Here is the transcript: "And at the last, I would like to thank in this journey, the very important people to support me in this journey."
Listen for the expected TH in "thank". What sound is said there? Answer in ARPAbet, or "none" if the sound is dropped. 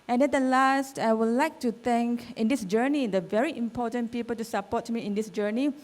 T